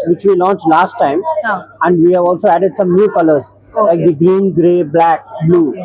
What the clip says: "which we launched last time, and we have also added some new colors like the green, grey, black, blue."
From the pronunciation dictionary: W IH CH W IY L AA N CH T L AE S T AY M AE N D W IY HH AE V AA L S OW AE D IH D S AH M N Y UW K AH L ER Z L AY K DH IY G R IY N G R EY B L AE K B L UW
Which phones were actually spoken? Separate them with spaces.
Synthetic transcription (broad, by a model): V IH CH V IY L AA N CH T L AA S T AY M AE N D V IY HH AE V AA L S OW AE D IH D S AH M N Y UW K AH L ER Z L AY K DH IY G R IY N G R EY B L AE K B L UW